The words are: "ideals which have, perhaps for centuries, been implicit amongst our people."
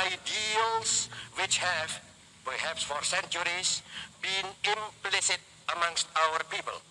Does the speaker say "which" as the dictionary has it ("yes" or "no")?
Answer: yes